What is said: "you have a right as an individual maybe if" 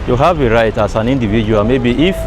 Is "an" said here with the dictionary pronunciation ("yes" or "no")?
yes